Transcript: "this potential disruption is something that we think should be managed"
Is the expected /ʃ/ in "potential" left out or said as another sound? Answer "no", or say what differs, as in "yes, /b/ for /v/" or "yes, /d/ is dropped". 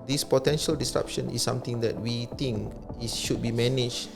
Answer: no